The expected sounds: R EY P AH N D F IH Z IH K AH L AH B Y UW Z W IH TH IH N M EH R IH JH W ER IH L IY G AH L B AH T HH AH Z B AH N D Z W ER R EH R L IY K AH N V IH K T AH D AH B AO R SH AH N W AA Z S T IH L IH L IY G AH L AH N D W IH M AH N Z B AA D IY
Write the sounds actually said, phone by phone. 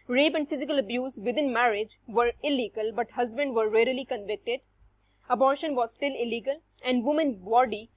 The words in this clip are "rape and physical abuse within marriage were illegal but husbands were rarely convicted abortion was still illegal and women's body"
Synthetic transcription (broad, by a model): R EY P AH N D F IH Z IH K AH L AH B Y UW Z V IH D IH N M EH R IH JH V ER IH L IY G AH L B AH T HH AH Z B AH N D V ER R EH R L IY K AH N V IH K T AH D AH B AO R SH AH N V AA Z S T IH L IH L IY G AH L AH N D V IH M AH N B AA D IY